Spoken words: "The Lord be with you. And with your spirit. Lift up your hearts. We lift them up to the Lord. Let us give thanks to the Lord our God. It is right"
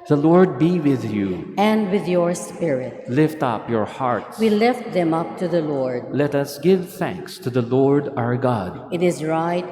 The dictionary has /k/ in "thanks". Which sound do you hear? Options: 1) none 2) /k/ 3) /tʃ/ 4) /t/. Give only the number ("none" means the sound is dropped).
2